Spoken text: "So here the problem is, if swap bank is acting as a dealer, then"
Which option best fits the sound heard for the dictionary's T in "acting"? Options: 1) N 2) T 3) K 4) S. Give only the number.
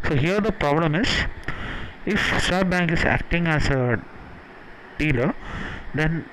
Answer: 2